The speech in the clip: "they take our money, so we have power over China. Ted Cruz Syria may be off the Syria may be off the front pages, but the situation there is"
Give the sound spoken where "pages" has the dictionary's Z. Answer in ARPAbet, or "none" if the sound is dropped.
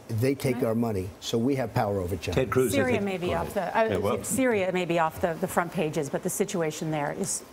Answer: Z